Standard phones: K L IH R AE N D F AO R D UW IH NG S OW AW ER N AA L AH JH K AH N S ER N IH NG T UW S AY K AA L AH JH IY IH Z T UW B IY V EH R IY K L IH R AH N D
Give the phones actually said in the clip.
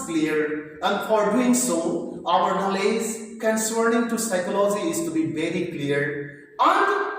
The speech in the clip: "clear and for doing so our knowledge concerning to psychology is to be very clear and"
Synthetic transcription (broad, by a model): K L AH R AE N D F AO R D UW IH NG S OW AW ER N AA L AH Z K AH N S ER N IH NG T UW S AY K AA L AH JH IY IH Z T UW B IY V EH R IY K L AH R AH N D